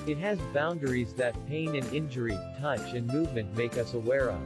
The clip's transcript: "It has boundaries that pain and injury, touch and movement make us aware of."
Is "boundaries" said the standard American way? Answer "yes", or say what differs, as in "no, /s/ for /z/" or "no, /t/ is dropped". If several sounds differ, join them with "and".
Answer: yes